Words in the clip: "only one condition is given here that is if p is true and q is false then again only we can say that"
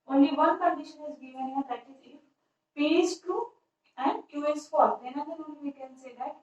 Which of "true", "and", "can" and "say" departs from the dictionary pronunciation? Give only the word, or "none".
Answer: true